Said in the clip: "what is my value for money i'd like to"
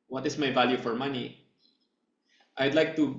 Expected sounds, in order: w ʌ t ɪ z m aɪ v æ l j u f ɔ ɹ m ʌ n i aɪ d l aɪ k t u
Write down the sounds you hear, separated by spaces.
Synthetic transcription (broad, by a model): w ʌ t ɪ s m aɪ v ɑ l j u f ɔ ɹ m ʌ n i aɪ d l aɪ k t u